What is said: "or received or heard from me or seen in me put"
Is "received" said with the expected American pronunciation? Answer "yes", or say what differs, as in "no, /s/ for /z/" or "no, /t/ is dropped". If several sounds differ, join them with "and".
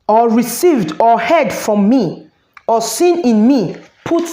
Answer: yes